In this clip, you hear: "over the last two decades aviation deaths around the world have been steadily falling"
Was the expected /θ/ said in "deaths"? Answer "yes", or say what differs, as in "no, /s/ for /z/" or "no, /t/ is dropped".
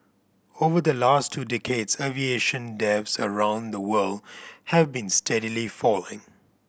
no, /f/ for /θ/